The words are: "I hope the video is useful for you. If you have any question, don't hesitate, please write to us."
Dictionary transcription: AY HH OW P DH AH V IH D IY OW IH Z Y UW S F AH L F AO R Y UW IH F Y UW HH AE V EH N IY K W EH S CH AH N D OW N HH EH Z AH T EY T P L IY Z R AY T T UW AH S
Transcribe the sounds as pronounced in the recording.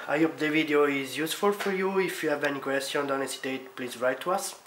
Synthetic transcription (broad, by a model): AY HH OW P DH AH V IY D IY OW IH Z Y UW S F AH L F AO R Y UW IH F Y UW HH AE V EH N IY K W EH S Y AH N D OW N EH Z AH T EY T P L IY Z R AY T T UW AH S